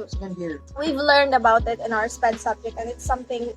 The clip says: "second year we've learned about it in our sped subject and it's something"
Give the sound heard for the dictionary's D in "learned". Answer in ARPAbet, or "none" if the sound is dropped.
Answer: D